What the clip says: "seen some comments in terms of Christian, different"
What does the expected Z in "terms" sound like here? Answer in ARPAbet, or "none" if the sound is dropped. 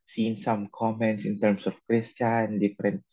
S